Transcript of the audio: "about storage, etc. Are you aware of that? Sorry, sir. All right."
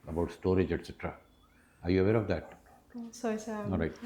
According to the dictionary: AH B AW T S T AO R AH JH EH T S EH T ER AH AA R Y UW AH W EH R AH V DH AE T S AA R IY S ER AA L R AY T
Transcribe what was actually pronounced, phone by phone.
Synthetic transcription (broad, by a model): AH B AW T S T AO R AH JH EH T S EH T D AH AA R Y UW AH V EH R AH V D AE T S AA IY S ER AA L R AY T